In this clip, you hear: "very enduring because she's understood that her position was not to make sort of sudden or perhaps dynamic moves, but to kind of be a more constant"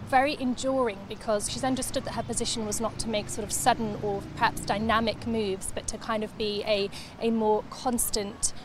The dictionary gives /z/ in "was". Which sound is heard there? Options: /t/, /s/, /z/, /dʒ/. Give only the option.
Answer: /z/